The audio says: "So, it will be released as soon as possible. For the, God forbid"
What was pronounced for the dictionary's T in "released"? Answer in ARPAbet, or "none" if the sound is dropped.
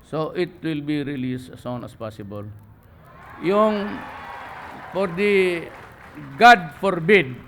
none